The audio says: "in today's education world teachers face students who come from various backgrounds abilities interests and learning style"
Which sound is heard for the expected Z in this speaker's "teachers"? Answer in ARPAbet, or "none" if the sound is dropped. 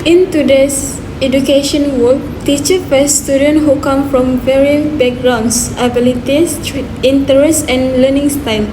none